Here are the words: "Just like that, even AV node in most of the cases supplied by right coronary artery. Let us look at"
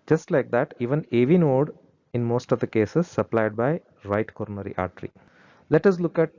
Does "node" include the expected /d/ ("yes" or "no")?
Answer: yes